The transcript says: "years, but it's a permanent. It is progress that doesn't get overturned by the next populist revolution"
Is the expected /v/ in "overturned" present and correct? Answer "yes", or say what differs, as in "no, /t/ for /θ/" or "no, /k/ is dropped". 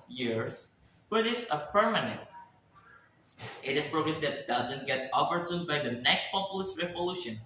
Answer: no, /p/ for /v/